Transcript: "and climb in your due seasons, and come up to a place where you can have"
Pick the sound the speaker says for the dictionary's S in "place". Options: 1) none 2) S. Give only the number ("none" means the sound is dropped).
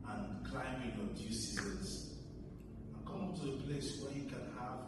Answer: 2